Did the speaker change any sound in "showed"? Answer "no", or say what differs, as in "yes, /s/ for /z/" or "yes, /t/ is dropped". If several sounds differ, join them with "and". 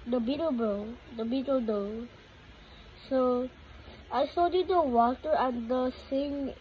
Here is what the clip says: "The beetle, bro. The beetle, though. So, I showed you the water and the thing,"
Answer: yes, /s/ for /ʃ/